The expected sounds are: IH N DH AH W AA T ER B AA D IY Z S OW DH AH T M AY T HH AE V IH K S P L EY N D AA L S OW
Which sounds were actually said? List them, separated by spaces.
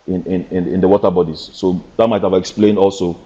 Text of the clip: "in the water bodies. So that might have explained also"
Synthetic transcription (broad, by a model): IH N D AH W AA T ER B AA D IY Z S OW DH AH T M AY T HH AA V IH K S P L EY N D AA L S OW